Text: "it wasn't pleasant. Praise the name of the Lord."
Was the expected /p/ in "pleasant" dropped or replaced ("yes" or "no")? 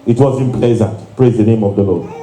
no